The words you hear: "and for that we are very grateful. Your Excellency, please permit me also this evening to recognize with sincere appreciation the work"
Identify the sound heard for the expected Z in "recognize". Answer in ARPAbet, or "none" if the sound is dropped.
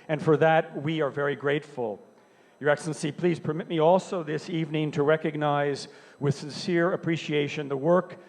Z